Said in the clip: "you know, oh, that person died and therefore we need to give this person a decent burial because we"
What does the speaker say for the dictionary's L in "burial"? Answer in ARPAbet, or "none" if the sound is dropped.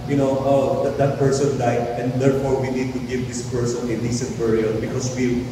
N